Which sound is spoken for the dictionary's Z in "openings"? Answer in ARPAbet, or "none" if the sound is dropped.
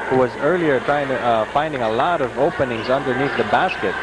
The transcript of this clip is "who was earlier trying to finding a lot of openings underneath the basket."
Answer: Z